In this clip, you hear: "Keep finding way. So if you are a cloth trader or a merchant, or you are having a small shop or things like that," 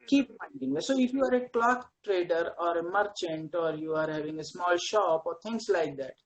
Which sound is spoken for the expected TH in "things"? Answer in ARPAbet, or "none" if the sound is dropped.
T